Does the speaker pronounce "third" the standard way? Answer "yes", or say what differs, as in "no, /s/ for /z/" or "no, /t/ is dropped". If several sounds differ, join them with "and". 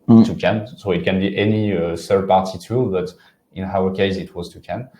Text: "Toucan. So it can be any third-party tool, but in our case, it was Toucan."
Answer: no, /s/ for /θ/